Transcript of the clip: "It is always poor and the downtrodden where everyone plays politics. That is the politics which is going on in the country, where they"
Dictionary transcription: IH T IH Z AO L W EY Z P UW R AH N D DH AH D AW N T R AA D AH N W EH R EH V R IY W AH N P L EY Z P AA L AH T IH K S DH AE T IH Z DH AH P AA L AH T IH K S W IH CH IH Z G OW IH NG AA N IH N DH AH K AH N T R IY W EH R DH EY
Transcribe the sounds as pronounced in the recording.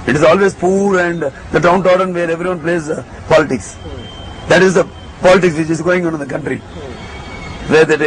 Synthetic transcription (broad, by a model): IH T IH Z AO L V EY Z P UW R AH N D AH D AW N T AA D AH N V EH R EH V R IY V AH N P L EY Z P AA L AH T IH K S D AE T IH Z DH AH P AA L AH T IH K S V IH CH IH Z G OW IH NG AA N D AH K AH N T R IY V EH R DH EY